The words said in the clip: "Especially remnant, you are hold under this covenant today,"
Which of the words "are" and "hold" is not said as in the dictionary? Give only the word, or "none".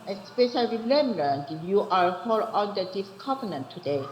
hold